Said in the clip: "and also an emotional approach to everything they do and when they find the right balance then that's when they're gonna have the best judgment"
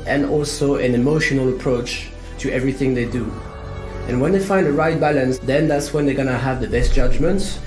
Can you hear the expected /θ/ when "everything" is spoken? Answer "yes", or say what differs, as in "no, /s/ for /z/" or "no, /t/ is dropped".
yes